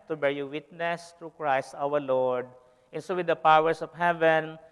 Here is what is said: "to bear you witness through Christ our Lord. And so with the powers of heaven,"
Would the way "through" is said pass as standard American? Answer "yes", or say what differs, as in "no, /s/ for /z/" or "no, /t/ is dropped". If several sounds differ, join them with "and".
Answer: no, /t/ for /θ/